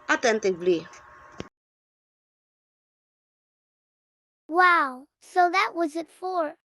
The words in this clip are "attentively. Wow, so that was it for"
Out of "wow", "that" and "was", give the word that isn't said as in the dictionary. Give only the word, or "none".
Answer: none